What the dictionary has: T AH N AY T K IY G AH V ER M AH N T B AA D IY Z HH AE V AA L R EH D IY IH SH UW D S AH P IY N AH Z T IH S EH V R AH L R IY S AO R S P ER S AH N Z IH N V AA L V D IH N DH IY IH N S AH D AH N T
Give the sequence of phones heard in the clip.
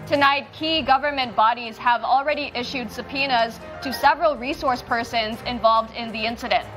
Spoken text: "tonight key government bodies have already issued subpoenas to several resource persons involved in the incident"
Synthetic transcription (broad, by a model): T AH N AY T K IY G AH V ER M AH N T B AA D IY Z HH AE V L R EH D IY IH SH UW D S AH P IY N AH Z T IH S EH V R AH L R IY S AO R S P ER S AH N Z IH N V AA L V D IH N DH IY IH N S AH D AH N T